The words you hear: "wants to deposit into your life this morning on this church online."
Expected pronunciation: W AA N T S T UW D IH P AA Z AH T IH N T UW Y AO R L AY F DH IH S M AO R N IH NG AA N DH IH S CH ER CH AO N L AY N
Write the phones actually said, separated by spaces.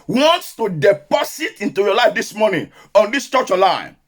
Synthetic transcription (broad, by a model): W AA N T S T UW D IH P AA S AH T IH N T UW Y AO L AY F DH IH S M AO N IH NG AA N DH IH S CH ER CH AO L AY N